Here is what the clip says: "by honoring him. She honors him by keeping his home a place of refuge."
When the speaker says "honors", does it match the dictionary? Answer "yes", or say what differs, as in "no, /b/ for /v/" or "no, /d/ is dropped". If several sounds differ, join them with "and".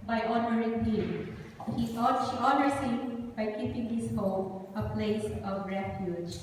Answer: no, /s/ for /z/